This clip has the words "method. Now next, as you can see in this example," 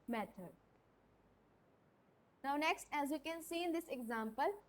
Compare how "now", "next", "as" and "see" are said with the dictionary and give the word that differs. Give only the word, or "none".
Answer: none